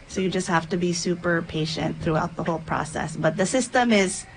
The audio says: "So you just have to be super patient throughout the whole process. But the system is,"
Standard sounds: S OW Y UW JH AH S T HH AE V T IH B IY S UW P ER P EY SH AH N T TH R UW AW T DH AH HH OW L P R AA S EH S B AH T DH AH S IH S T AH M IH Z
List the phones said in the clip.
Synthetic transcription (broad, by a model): S OW Y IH JH AH S T HH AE F T IH B IY S UW P ER P EY SH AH N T TH R UW AW T DH AH HH OW L P R AA S EH S B AH T DH AH S IH S T AH M IH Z